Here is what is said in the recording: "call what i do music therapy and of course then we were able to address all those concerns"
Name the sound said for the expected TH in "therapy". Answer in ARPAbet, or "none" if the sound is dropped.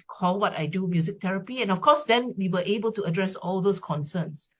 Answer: T